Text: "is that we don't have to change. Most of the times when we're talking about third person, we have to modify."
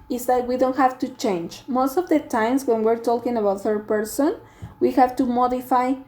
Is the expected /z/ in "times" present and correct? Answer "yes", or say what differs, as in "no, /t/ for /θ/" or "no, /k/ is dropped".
no, /s/ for /z/